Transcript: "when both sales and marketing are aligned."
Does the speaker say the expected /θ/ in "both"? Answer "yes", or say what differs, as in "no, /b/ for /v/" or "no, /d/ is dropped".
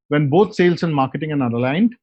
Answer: no, /t/ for /θ/